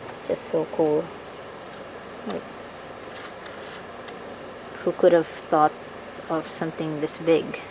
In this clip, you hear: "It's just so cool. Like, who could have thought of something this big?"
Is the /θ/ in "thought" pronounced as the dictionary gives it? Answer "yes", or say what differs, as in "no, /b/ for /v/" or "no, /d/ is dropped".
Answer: yes